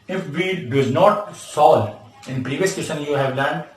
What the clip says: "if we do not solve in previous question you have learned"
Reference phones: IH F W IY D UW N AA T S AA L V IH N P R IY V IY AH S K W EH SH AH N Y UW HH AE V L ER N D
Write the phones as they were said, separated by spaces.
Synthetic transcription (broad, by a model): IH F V IY D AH N AA T S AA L IH N P R IY V IY AH S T EH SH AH N Y UW HH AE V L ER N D